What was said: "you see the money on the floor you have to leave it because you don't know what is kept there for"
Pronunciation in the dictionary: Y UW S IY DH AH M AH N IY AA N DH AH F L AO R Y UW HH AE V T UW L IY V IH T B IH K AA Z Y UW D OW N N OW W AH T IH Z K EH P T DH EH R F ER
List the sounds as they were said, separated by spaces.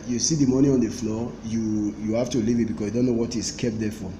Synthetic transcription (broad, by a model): Y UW S IY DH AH M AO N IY AA N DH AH F L AO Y Y UW HH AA F T UW L IY V IH T B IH K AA S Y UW D OW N N OW W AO T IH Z K EH P T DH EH F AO